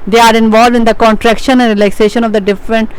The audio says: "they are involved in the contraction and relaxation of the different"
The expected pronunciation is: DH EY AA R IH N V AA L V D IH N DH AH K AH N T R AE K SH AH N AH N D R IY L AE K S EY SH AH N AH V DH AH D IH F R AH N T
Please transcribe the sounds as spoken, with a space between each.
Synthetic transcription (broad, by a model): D EY AA R IH N V AA L V D IH N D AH K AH N T R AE K SH AH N AH N D R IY L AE K S EY SH AH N AH V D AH D IH F R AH N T